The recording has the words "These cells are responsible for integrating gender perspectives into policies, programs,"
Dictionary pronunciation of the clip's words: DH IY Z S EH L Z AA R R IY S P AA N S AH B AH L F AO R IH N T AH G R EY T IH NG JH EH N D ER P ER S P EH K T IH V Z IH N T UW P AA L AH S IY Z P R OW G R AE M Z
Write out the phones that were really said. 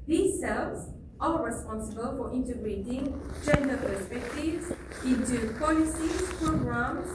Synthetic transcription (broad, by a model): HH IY S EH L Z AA L R IY S P AA N S AH B AH L F AO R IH N T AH G R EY T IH NG JH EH N D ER P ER S P EH K T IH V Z IH N T UW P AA L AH S IY P R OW G R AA M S